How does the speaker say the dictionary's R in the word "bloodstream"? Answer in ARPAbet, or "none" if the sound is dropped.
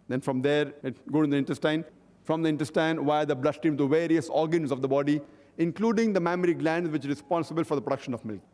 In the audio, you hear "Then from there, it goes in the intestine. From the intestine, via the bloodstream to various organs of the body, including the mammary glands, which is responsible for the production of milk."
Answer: none